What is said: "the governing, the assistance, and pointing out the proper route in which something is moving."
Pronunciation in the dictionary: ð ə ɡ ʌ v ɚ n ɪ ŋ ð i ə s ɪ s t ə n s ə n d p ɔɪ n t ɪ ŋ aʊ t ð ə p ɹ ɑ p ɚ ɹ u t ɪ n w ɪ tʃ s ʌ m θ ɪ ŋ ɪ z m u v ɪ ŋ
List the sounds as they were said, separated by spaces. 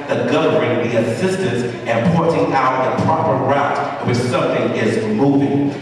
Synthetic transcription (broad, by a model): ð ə ɡ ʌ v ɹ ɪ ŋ ð i ə s ɪ s t ə n s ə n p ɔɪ t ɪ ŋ aʊ t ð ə p ɹ ɑ p ɚ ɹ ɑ ɪ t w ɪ s ʌ m θ ɪ ŋ ɪ z m u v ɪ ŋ